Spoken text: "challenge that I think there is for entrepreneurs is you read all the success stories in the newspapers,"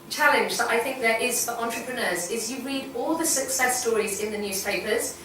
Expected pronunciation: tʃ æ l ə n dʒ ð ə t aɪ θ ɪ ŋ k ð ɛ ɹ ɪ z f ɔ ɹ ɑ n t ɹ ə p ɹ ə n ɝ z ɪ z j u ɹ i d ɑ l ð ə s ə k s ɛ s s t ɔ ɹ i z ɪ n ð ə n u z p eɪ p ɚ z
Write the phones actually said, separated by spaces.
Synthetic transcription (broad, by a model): tʃ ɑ l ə n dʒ ð ə t aɪ θ ɪ ŋ k ð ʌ ɹ ɪ z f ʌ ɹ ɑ n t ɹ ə p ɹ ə n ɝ z ɪ z j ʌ ɹ i d ɑ l ð ə s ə k s ɛ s s t ɔ ɹ i z ɪ n ð ə n u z p eɪ p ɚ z